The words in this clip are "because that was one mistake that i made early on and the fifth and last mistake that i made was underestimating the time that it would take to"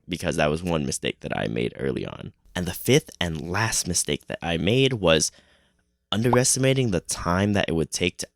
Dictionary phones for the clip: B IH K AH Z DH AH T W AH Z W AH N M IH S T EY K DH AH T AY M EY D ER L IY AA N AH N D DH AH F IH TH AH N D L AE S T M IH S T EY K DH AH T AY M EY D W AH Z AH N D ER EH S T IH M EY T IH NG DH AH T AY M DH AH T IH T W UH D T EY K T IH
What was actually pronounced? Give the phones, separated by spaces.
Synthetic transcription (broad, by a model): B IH K AH Z DH AH T W AH Z W AH N M IH S T EY K DH AH T AY M EY D ER L IY AA N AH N DH AH F IH TH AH N L AE S T M IH S T EY K DH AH T AY M EY D W AH Z AH N D ER EH S T IH M EY T IH NG DH AH T AY M DH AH T IH T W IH D T EY K T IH